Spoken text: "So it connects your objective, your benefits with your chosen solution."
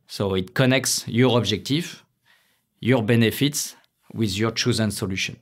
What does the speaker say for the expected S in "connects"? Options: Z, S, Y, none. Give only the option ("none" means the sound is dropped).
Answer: S